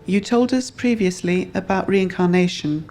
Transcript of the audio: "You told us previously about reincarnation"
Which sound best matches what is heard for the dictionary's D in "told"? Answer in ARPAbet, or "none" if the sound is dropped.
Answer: D